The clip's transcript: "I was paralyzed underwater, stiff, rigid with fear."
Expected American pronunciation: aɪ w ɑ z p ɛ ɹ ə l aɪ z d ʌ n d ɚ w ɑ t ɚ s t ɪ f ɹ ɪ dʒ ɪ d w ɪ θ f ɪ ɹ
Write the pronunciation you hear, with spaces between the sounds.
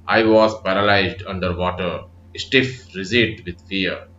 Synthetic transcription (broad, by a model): aɪ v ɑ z p ɛ ɹ ə l aɪ z d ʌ n d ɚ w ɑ t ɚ s t ɪ f ɹ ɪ z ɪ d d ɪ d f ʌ ɹ